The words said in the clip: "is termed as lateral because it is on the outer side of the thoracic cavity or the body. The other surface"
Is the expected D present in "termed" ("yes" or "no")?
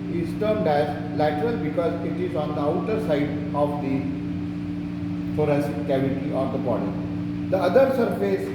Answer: yes